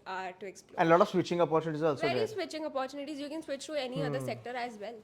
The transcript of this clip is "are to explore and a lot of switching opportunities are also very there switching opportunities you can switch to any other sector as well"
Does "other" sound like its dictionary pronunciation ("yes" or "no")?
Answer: no